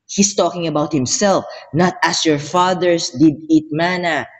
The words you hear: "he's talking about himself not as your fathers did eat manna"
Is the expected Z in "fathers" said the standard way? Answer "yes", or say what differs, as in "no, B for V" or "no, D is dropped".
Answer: no, S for Z